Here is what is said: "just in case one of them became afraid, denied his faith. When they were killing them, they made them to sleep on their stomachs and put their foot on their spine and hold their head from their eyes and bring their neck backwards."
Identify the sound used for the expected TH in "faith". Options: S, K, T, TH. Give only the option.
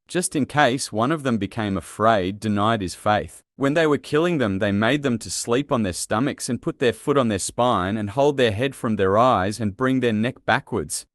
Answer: TH